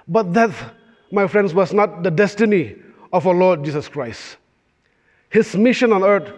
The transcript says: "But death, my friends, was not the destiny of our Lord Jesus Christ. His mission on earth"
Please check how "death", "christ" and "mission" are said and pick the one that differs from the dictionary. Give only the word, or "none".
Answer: death